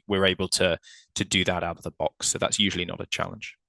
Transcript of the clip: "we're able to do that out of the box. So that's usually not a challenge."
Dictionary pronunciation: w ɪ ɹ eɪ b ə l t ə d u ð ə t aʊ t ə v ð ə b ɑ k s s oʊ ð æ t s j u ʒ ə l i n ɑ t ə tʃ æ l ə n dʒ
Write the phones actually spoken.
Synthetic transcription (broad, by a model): w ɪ ɹ eɪ b ə l t ə d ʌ ð ə t aʊ t ə v ð ə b ɑ k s s oʊ ð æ t s j u ʒ ə l i n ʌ t ə tʃ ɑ l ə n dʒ